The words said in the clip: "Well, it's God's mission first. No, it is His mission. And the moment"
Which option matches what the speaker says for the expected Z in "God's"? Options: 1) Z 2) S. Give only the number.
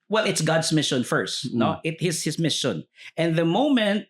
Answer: 2